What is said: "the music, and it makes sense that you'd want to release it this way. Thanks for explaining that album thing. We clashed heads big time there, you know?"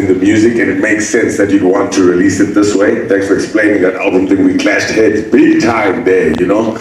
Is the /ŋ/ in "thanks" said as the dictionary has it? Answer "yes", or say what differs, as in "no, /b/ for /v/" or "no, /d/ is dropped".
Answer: no, /ŋ/ is dropped